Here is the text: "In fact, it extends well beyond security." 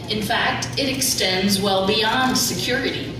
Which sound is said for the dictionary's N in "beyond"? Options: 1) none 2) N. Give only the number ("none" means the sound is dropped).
2